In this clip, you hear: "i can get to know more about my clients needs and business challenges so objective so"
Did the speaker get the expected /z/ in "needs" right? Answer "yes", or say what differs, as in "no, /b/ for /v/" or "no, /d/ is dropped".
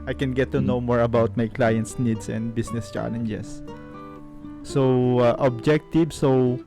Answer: no, /s/ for /z/